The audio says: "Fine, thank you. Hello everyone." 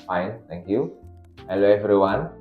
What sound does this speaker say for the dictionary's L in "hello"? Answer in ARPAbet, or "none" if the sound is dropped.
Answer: L